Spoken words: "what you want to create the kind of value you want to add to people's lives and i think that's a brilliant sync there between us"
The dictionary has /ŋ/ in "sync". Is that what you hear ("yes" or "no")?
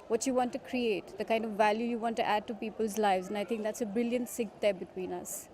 no